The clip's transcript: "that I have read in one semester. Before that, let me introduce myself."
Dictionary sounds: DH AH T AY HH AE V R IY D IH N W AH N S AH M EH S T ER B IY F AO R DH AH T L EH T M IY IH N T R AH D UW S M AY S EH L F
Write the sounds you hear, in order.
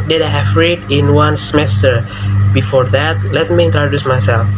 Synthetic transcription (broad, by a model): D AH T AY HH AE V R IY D IH N W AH N S AH M EH S T ER B IY F AO R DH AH T L EH T M IY IH N T R AH D UW S M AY S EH L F